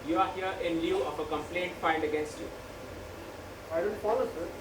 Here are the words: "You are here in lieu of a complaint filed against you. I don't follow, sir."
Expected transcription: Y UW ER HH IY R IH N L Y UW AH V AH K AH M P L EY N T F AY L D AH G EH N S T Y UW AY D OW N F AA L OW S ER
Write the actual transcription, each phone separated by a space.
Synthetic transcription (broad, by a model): Y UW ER HH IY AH IH N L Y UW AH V AH K AH M P L EY N T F AY N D AH G EH N S T Y UW AY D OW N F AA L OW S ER